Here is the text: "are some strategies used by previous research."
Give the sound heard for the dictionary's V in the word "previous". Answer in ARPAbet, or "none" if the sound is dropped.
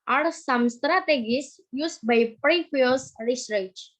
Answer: F